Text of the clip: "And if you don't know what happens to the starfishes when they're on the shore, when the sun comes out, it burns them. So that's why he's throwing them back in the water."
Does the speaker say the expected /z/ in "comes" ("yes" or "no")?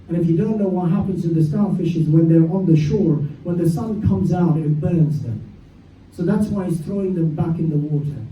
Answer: yes